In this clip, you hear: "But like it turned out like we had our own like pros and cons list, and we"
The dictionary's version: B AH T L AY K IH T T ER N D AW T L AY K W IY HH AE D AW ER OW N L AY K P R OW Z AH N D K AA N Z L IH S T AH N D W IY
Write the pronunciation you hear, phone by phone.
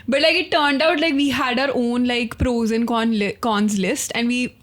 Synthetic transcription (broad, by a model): B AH T L AY K IH T T ER N D AW T L AY K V IY HH AE D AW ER OW N L AY K P R OW Z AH N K K AA N Z L IH S T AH N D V IY